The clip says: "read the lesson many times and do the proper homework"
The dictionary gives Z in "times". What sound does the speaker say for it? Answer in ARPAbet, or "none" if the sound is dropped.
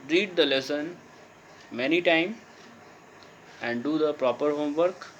none